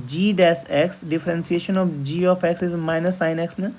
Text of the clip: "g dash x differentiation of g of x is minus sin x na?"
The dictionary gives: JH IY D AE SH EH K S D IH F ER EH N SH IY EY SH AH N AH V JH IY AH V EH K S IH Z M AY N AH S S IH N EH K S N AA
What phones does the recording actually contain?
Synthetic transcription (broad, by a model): JH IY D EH S EH K S D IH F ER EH N S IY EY SH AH N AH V JH IY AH F EH K S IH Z M AY N AH S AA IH N EH K S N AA